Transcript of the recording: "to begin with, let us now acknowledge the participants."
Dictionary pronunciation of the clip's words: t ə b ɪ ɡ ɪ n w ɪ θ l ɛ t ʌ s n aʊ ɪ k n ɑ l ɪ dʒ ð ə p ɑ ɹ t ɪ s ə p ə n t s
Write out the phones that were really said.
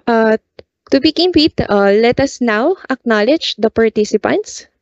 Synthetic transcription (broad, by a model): t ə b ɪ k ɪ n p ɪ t l ɛ t ʌ s n aʊ ɪ k n ɑ l ɪ dʒ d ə p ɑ ɹ t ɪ s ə p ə n t s